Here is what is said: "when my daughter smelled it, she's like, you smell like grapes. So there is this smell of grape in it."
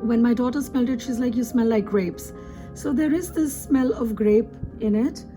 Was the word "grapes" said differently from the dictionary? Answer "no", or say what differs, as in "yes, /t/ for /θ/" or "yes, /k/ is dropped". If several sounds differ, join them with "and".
no